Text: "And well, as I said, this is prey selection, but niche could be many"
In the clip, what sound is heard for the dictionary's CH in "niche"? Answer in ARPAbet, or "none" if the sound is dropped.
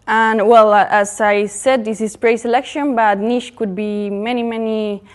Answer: SH